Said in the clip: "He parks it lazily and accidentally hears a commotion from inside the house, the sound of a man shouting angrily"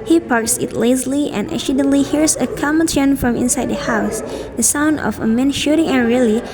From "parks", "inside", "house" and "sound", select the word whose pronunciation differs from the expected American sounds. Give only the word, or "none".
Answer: none